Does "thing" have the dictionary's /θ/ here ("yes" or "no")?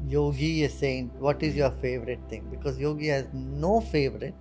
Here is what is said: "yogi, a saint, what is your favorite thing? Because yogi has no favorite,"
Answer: no